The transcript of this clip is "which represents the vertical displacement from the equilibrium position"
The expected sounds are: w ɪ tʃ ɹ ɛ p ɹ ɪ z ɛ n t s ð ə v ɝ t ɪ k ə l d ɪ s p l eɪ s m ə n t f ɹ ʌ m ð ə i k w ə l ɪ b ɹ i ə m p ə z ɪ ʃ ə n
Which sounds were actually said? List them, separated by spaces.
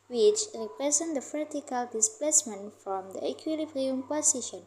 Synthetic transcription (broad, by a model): w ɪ tʃ ɹ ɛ p ɹ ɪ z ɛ n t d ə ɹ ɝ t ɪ k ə l d ɪ s p l eɪ s m ə n t f ɹ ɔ m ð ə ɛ k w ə l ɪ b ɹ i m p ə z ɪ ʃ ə n